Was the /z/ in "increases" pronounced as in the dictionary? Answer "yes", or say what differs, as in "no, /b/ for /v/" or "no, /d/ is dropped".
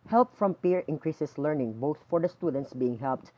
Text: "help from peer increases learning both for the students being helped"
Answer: no, /s/ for /z/